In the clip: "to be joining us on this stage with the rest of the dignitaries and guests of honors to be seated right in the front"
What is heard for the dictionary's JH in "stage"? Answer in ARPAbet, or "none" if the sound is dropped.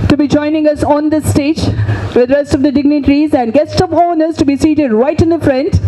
JH